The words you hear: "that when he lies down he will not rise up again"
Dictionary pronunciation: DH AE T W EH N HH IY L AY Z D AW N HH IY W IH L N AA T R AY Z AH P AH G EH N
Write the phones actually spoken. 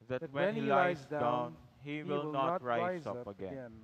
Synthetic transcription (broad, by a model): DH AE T W EH N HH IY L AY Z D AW N HH IY W IH L N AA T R AY AH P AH G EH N